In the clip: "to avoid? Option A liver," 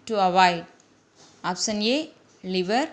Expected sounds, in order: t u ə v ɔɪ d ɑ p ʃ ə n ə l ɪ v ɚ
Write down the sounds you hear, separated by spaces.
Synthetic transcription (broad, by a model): t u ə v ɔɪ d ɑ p s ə n ə l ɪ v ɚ